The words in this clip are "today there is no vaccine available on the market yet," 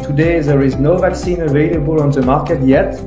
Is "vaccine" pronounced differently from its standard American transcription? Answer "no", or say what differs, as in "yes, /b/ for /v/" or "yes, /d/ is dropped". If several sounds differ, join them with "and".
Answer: no